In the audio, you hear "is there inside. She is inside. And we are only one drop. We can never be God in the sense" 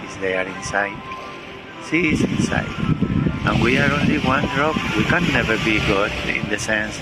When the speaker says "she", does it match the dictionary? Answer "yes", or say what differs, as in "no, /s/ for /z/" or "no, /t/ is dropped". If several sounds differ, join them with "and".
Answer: no, /s/ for /ʃ/